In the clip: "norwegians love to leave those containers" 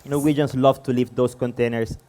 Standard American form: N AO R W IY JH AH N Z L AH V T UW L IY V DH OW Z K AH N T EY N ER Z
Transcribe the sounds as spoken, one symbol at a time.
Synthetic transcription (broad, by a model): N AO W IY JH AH N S L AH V T UW L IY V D OW S K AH N T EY N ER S